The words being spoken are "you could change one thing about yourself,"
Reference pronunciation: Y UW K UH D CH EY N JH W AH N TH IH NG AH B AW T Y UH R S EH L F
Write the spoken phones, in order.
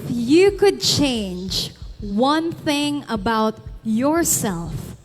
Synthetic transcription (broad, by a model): Y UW K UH D CH EY N JH W AH N TH IH NG AH B AW T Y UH R S EH L F